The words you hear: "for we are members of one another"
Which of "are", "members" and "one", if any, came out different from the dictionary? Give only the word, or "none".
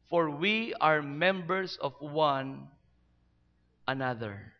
members